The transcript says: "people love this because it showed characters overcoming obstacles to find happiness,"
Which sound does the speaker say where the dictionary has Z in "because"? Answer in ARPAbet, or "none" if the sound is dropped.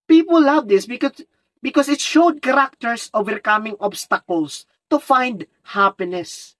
S